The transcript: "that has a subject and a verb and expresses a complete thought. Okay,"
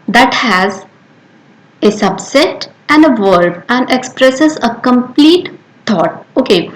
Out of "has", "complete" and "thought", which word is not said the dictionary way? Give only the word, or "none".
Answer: thought